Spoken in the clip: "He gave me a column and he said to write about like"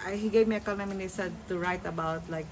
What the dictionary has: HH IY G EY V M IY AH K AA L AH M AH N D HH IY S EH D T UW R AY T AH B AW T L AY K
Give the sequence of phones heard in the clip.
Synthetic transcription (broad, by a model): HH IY G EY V M IY AH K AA N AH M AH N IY S EH D T UW R AY T AH B AW T L AY K